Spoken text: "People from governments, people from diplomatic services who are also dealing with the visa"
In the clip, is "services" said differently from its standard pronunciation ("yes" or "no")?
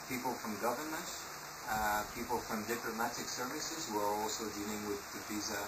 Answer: no